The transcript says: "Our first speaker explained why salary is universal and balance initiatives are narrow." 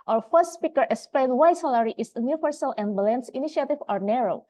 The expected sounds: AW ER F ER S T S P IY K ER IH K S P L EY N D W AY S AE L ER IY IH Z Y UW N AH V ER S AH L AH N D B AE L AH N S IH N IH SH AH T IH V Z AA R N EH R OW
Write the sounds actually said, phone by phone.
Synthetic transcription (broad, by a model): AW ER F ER S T S P IY K ER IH K S P L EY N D W AY S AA L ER IY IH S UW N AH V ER S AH L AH N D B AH L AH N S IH N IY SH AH T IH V AA R N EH R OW